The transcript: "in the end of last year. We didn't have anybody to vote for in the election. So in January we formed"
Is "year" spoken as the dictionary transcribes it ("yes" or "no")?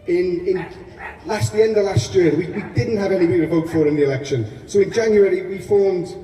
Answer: no